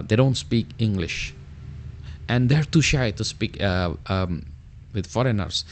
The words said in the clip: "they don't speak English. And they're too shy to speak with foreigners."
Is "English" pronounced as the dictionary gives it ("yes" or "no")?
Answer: yes